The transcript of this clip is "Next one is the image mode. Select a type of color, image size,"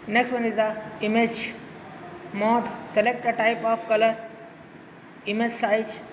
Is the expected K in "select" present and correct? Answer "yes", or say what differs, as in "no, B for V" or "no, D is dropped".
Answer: yes